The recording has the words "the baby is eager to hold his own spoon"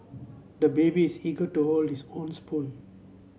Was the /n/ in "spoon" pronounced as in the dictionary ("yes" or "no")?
no